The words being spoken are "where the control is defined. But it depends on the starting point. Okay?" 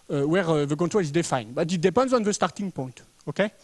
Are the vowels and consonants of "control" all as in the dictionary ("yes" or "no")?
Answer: no